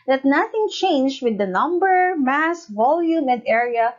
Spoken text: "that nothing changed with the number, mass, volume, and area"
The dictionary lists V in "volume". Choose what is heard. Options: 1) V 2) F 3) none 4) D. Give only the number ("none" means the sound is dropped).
1